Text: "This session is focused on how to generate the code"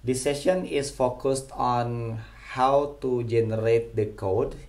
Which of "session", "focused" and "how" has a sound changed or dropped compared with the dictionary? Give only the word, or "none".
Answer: none